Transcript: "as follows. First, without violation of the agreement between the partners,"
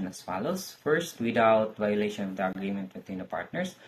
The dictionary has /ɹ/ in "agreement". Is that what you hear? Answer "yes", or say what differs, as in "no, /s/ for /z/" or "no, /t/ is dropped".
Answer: yes